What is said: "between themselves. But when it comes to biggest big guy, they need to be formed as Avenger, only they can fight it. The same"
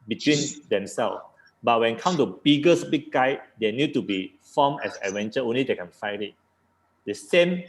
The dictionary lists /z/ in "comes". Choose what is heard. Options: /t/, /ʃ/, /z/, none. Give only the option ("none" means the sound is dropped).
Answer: none